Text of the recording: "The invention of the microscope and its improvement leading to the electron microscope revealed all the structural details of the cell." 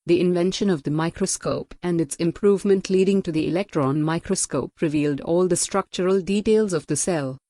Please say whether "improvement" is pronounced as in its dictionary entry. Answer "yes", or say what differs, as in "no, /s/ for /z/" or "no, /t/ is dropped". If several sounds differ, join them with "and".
yes